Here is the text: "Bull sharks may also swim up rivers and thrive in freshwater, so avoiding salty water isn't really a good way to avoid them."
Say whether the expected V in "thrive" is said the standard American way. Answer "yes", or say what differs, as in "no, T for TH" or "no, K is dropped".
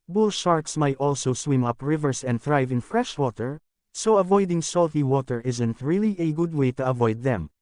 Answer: yes